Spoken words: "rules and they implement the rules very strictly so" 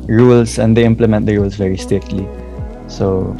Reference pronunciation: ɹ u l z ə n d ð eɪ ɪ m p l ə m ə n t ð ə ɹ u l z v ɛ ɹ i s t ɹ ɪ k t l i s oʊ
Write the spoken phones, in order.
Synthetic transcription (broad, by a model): ɹ u l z ə n d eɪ ɪ m p l ə m ə n t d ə ɹ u l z v ɛ ɹ i s t ɛ t l i s oʊ